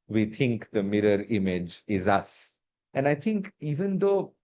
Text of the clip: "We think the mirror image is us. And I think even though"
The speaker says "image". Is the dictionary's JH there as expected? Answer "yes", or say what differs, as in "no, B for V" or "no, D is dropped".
yes